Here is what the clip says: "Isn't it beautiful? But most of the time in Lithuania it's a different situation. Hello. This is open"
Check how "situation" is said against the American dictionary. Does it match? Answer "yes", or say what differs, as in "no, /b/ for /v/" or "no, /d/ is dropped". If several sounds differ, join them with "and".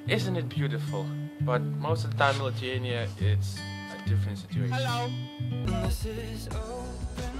no, /ʃ/ is dropped